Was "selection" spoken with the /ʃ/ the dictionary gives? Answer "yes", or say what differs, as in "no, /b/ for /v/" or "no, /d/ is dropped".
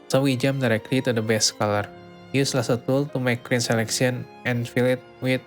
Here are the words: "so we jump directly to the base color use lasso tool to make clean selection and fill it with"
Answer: no, /s/ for /ʃ/